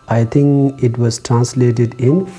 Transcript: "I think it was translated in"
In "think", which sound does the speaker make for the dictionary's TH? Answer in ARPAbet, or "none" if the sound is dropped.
T